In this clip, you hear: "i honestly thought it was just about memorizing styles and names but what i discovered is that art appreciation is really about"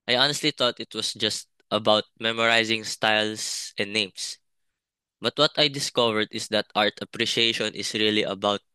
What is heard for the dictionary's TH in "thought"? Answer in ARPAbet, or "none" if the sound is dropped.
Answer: T